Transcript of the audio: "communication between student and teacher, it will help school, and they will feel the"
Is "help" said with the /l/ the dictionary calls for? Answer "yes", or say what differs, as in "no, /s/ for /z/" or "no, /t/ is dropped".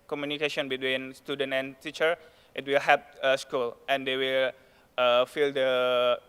no, /l/ is dropped